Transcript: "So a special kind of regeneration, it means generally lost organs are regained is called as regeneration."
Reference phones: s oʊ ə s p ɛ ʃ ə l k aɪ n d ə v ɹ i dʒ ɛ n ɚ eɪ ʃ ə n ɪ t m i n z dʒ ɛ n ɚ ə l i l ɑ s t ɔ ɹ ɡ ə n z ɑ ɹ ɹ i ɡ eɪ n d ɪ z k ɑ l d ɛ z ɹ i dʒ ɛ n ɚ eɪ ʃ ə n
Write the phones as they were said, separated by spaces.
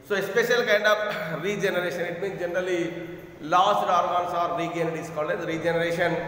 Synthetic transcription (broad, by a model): s oʊ ə s p ɛ ʃ ə l k aɪ n d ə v ɹ i dʒ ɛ n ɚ eɪ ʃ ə n ɪ t m i n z dʒ ɛ n ɚ ə l i l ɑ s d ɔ ɹ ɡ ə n s ɑ ɹ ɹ i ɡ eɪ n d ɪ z k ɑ l ɛ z ɹ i dʒ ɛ n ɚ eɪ ʃ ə n